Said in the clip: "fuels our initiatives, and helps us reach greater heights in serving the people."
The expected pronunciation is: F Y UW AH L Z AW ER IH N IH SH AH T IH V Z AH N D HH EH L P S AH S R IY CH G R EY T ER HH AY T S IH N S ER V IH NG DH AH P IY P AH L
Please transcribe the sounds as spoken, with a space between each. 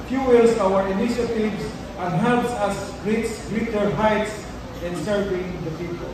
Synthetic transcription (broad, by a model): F Y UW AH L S AW ER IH N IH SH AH T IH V S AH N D HH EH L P S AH S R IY S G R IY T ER HH AY T S IH N S ER V IH NG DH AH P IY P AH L